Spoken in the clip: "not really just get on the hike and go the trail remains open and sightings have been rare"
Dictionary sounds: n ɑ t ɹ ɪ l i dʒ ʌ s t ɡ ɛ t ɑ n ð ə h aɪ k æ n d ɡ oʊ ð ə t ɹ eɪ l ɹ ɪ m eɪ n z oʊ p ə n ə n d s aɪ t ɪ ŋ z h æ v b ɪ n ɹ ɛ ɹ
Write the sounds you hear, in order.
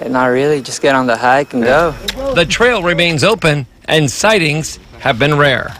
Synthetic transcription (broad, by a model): n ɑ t ɹ ɪ l i dʒ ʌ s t ɡ ɛ t n ð ə h aɪ k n ɡ oʊ ð ə t ɹ eɪ l ɹ ɪ m eɪ n z oʊ p ə n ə n s aɪ t ɪ ŋ z h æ v b ɪ n ɹ ɛ ɹ